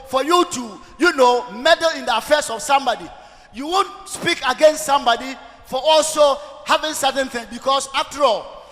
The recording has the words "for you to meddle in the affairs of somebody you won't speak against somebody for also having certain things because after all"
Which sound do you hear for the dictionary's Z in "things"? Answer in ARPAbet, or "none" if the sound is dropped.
none